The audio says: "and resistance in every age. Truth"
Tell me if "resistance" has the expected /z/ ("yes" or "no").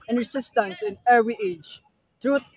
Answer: no